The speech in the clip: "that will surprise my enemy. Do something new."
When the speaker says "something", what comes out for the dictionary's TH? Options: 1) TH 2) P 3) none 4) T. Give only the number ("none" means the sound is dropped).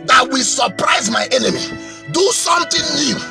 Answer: 4